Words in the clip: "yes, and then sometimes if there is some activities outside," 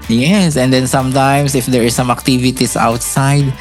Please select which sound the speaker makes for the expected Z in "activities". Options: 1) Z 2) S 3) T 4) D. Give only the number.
2